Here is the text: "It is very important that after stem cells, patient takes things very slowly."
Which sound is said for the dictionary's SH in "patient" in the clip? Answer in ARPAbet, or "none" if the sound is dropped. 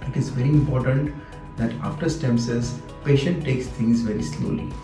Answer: SH